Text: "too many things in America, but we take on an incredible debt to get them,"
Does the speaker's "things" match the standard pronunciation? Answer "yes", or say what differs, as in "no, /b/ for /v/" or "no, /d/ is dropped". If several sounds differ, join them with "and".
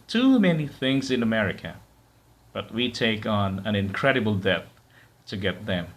yes